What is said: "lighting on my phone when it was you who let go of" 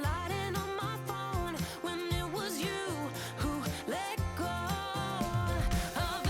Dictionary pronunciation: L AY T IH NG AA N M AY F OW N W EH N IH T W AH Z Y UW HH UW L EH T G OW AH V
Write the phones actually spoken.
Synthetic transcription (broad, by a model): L AY T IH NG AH N M AY F OW N W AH N IH T W AH Z Y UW HH UW L EH T G OW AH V